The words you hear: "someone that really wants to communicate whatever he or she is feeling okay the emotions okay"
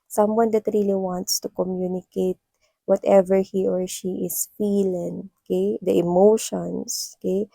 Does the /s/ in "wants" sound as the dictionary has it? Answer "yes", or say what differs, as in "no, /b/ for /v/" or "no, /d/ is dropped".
yes